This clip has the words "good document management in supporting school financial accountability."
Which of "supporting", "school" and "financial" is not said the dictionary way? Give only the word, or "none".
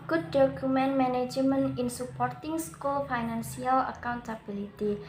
financial